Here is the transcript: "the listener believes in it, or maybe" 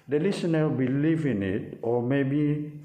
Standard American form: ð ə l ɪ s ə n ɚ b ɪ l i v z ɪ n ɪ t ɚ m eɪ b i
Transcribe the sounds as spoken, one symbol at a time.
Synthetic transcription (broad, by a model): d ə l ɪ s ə n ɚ b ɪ l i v ɪ n ɪ t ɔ m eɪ b i